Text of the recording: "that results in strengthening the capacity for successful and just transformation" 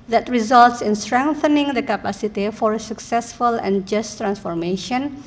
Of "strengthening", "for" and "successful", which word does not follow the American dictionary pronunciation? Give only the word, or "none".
none